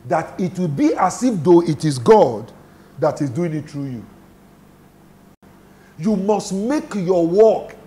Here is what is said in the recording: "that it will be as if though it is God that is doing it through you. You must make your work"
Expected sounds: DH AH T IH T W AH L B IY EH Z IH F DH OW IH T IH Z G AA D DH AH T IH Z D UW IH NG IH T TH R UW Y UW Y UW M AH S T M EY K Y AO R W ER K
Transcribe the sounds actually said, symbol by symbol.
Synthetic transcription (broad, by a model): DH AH T IH T W AH L B IY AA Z IH F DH OW IH T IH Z G AA D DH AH T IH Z D UW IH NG IH T T R UW Y UW Y UW M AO S T M EY K Y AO W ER K